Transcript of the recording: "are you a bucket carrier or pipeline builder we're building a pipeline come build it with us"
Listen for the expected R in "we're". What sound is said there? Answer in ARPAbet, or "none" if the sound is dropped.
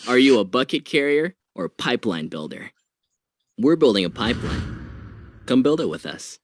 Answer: R